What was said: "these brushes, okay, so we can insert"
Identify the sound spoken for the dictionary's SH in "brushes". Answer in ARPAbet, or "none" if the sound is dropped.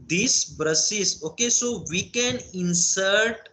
S